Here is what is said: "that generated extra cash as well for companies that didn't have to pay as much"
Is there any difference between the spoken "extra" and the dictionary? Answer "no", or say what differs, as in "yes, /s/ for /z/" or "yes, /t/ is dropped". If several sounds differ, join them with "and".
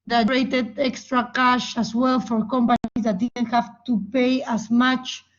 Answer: no